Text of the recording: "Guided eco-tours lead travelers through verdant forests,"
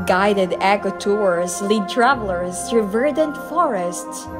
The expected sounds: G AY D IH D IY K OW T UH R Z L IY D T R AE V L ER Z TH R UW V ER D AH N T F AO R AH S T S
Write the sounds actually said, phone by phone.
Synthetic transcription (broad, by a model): G AY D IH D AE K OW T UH R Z L IY D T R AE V L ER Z T R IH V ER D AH N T F AO R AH S T S